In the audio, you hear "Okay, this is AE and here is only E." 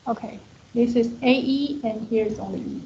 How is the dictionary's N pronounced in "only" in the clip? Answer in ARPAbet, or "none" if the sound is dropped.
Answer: none